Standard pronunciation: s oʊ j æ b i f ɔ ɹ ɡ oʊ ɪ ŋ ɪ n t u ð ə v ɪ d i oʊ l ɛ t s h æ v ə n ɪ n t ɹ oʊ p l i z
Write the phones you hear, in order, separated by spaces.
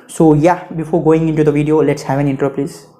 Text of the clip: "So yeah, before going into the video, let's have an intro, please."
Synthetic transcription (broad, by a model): s oʊ j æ b i f ɔ ɹ ɡ oʊ ɪ ŋ ɪ n t u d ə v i d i oʊ l ɛ t s h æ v ə n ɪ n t oʊ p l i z